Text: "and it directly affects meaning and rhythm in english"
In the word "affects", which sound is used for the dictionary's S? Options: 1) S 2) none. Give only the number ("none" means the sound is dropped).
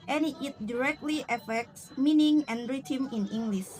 1